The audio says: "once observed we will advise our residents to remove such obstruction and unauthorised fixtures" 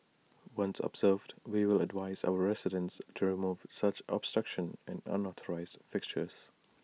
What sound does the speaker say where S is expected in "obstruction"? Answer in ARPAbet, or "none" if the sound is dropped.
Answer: S